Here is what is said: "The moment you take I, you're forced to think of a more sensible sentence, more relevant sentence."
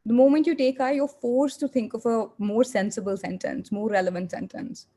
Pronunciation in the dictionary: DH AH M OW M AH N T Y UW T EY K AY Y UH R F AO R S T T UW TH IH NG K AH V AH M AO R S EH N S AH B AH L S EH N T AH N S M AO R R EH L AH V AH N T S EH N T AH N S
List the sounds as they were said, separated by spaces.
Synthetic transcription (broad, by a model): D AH M OW M AH N T Y UW T EY K AY Y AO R F AO R S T T UW T IH NG K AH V AH M AO R S EH N S AH B AH L S EH N T AH N S M AO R R EH L AH V AH N T S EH N T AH N S